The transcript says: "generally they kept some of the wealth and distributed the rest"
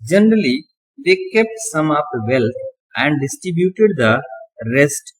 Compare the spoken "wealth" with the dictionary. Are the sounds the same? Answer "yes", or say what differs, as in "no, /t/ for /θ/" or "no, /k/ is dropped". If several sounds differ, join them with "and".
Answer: no, /t/ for /θ/